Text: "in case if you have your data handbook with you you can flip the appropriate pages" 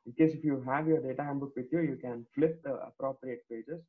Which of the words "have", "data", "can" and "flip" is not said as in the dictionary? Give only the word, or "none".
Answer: none